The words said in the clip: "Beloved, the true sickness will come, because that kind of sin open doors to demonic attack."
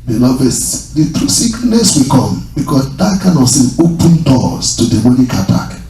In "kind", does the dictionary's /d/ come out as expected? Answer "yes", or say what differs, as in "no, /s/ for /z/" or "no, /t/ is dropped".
no, /d/ is dropped